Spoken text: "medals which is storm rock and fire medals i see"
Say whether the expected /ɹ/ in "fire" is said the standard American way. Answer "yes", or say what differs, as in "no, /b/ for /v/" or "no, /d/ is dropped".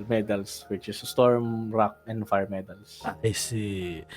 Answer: yes